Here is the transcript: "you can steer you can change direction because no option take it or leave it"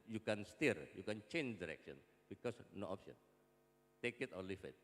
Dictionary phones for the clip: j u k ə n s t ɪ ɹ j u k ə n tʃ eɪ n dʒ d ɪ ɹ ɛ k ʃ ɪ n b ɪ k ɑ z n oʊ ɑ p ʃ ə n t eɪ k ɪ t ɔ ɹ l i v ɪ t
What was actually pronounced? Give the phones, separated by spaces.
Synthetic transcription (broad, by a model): j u k ə n s t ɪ ɹ j u k ə n tʃ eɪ n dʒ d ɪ ɹ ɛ k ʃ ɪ n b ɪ k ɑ s n oʊ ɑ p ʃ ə n t eɪ k ɪ t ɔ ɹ l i f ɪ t